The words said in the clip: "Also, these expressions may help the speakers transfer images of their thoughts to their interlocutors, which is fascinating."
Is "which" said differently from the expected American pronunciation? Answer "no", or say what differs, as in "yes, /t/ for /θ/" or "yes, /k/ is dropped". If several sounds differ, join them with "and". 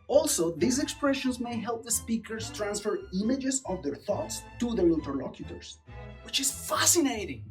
no